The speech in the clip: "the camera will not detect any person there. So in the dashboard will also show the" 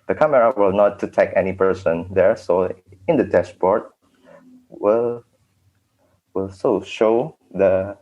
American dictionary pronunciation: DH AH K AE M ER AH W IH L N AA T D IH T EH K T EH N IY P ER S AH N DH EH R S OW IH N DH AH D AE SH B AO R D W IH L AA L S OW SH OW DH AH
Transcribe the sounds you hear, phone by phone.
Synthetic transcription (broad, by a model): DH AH K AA M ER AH W IH L N AA T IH T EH K EH N IY P ER S AH N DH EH R S OW IH N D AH D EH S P AO R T W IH L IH L S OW SH OW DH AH